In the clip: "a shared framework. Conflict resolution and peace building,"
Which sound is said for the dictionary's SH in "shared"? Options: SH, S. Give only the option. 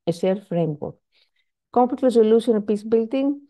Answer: S